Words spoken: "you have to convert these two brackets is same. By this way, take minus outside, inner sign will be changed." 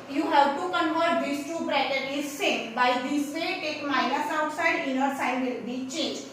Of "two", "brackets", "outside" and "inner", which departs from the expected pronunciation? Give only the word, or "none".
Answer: brackets